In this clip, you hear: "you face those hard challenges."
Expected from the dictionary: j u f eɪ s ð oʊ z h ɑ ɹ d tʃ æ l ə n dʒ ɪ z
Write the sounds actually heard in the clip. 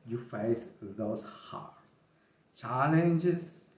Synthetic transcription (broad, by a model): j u f eɪ s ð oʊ s h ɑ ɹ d tʃ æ l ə n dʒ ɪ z